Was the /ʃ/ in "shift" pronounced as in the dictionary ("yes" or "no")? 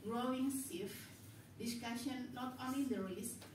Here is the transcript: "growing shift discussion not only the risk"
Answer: no